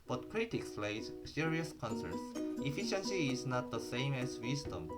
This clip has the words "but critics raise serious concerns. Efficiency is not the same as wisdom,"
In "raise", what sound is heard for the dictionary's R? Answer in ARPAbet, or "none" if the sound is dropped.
L